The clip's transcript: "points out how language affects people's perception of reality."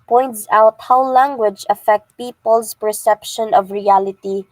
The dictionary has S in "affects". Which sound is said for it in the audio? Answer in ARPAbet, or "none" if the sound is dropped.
none